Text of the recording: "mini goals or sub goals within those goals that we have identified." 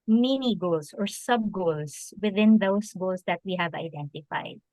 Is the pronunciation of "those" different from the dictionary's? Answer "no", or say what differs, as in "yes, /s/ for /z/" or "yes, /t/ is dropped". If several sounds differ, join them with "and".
yes, /s/ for /z/